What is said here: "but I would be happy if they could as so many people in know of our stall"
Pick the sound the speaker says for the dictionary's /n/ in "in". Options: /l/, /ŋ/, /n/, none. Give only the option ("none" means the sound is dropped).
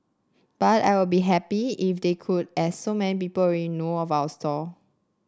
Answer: /l/